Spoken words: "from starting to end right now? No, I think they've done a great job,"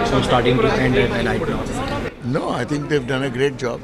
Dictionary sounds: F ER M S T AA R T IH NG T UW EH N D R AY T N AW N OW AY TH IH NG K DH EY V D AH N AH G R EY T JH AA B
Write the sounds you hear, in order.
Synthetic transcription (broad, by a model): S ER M S T AA R T IH NG T UW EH N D L AY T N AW N OW AY T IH NG K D EY V D AH N AH G R EY T JH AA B